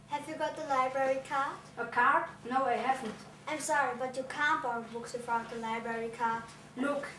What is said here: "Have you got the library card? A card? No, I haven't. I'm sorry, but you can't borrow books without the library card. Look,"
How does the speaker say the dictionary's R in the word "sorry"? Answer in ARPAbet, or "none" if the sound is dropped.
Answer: R